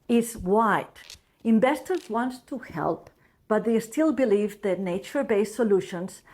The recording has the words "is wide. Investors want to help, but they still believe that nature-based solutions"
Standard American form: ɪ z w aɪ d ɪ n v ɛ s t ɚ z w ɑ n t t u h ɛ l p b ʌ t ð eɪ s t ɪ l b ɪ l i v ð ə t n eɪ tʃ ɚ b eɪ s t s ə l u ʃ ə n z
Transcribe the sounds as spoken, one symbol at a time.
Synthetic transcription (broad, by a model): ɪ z w aɪ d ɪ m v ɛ s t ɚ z w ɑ n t t u h ɛ l p b ʌ t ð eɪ s t ɪ l b ɪ l i v ð ə t n eɪ tʃ ɚ b eɪ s s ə l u ʃ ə n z